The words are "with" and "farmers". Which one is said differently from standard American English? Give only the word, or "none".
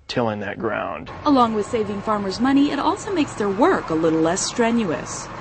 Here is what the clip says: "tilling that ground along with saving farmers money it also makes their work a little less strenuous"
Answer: none